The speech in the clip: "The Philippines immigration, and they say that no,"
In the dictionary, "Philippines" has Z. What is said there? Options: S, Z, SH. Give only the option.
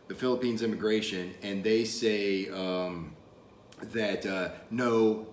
Z